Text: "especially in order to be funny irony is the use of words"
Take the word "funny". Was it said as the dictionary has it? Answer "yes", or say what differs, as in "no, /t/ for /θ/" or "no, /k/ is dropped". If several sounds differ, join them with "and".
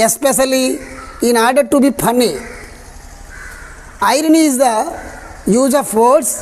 no, /p/ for /f/